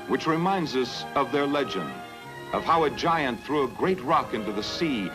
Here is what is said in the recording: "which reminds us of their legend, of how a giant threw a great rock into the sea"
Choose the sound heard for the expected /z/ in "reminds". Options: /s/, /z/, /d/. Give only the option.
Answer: /z/